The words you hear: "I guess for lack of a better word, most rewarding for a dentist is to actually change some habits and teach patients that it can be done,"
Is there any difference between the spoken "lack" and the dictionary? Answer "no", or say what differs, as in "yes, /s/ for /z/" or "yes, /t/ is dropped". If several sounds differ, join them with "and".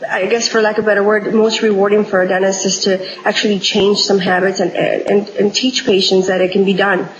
yes, /k/ is dropped